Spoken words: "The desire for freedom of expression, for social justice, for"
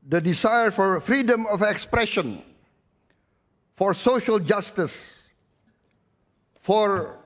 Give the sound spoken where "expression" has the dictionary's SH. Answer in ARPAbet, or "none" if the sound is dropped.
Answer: SH